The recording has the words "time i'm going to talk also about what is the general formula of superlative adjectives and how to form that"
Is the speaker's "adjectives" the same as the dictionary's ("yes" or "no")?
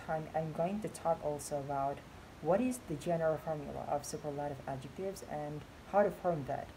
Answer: yes